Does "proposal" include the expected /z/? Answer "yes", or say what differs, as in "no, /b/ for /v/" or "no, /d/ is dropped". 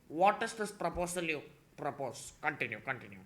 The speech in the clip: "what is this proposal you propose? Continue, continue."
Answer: no, /s/ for /z/